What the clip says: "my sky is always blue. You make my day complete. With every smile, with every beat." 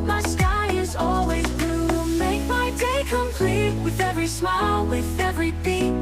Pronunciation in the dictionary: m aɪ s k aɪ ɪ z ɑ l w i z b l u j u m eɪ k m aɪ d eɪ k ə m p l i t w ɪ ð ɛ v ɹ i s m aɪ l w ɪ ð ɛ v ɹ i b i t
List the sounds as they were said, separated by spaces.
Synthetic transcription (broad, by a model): m aɪ s k aɪ ɪ z ɑ l w i z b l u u m eɪ k m aɪ d eɪ k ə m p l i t w ɪ ð ɛ v ɹ i s m aɪ l w ɪ ð ɛ v ɹ i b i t